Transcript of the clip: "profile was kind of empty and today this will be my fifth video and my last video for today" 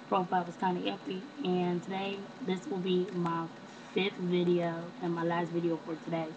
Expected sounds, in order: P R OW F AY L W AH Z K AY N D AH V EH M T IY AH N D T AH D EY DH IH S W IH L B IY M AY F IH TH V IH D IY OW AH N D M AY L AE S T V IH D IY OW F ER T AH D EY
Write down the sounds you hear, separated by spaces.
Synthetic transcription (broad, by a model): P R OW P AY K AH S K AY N AH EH T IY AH N T AH D EY DH IH S W IH L B IY M AY F IH TH V IH D IY OW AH N M AY L AE S T V IH D IY OW F ER T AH D EY